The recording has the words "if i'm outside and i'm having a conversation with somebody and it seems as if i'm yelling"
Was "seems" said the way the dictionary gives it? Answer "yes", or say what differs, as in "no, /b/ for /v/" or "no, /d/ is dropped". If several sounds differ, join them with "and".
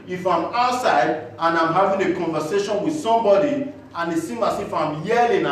no, /z/ is dropped